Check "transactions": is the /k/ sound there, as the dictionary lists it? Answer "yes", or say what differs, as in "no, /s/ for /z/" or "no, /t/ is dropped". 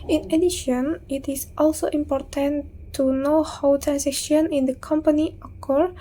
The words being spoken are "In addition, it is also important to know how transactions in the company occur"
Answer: no, /k/ is dropped